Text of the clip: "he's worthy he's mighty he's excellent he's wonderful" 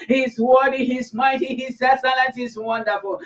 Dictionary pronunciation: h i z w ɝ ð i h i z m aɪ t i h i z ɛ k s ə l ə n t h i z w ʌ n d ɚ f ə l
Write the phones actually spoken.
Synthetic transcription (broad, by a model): h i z w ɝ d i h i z m aɪ t i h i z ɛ s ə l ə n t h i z w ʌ n d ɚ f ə l